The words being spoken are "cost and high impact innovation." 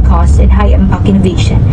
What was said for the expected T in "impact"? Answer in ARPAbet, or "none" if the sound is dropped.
none